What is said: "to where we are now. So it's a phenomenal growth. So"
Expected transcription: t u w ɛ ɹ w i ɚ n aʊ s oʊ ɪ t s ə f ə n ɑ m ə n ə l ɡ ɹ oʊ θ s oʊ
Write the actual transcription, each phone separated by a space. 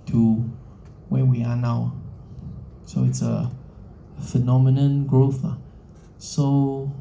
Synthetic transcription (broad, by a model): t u w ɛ w i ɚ n aʊ s oʊ ɪ t s ə f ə n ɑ m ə n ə n ɡ ɹ oʊ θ s oʊ